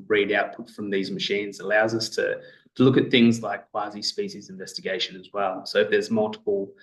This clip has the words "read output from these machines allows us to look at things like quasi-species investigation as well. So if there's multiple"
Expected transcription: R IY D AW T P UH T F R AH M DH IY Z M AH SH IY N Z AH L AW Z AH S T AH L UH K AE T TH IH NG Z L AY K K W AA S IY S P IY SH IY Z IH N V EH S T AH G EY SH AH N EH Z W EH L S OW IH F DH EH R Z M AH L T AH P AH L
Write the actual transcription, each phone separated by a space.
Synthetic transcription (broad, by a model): R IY D AW T P UH T F R AH M DH IY Z M AH SH IY N Z AH L AW Z AH S T AH L UH K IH T TH IH NG Z L AY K K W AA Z IY S P IY SH IY Z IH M V EH S T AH G EY SH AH N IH Z W EH L S OW IH F DH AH R Z M AH L T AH P L